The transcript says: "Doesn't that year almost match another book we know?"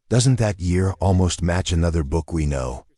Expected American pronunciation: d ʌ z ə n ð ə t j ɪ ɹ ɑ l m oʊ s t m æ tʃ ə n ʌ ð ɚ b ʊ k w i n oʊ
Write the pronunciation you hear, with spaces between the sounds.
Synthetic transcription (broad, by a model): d ʌ z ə n ð ə t j ɪ ɹ ɑ l m oʊ s t m æ tʃ ə n ʌ ð ɚ b ʊ k w i n oʊ